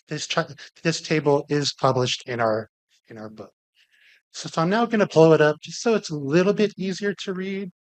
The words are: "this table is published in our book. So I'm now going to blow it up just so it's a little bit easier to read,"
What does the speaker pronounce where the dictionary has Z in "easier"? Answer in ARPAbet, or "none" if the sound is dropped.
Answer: Z